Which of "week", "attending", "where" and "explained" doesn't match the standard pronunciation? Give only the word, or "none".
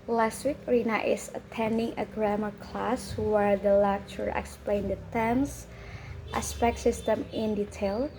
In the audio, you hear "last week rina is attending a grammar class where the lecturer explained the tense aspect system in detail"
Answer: none